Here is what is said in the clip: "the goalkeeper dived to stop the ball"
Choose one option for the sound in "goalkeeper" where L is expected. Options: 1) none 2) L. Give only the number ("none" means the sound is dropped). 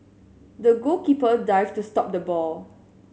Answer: 1